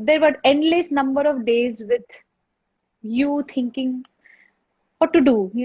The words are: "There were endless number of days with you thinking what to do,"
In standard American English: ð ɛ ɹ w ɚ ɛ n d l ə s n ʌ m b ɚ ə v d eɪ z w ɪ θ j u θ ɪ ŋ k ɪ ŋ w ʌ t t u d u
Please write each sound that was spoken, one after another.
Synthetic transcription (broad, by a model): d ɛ ɹ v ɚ ɛ n d l ə s n ʌ m b ɚ ə v d eɪ z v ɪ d j u t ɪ ŋ k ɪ ŋ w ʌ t t u d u